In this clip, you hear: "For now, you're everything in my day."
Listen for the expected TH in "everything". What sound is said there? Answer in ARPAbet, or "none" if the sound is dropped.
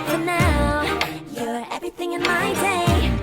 TH